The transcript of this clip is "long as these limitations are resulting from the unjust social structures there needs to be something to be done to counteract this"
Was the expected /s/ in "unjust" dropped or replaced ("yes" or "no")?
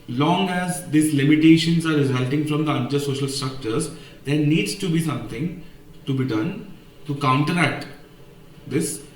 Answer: yes